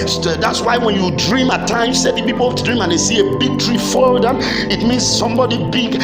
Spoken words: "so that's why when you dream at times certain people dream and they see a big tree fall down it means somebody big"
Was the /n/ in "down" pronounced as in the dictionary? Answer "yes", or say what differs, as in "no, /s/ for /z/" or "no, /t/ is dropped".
no, /n/ is dropped